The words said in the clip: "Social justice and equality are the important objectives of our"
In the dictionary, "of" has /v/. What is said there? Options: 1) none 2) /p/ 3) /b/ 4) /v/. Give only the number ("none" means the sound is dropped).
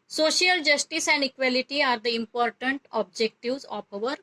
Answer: 2